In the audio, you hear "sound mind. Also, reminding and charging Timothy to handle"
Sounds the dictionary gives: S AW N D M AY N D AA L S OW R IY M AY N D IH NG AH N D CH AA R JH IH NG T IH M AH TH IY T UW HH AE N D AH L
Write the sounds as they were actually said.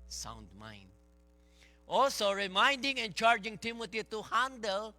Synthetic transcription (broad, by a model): S AW N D M AY N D AA L S OW R IY M AY N D IH NG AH N CH AA R JH IH NG T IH M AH T IY T UW HH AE N D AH L